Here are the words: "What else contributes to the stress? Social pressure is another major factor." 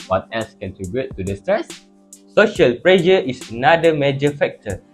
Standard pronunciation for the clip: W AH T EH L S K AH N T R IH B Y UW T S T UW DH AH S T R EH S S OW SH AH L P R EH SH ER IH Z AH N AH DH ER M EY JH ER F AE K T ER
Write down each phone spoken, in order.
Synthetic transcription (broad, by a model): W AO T EH L S K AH N T R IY B Y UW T T UW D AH S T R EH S S OW SH AH L P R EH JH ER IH S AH N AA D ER M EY JH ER F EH K T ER